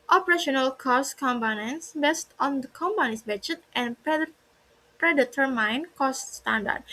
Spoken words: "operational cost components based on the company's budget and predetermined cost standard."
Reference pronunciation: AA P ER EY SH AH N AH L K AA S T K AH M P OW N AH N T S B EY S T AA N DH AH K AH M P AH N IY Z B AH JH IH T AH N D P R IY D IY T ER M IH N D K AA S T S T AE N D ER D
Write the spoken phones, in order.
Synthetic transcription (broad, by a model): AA P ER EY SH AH N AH L K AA S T K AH M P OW N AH N S B EY S T AA N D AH K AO M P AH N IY S B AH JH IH T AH N P R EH D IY T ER M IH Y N K AA S T S T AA N D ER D